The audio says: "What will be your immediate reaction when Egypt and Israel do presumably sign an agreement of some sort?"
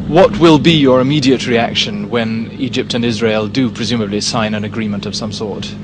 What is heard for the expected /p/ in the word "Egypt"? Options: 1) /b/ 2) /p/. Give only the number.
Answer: 2